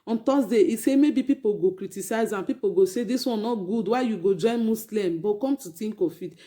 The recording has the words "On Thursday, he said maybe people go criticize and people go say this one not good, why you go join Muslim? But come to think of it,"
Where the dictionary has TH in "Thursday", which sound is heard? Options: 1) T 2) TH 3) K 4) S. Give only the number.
1